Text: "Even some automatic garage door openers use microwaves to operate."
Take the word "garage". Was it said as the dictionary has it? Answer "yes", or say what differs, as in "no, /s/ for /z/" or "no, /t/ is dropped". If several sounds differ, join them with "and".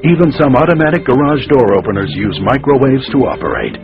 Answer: yes